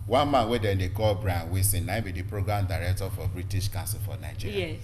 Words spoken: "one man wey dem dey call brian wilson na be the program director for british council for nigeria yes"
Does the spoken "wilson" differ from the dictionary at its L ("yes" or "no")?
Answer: yes